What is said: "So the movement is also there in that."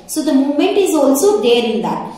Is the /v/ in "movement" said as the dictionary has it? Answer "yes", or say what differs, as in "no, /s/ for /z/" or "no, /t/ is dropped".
no, /v/ is dropped